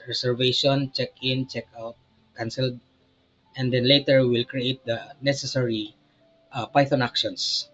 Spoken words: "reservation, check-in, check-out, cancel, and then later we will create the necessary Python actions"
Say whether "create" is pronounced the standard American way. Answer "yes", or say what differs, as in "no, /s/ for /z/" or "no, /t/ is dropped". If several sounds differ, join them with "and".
yes